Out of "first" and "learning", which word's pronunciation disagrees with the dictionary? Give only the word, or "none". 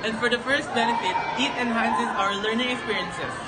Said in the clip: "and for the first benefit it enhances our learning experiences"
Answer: none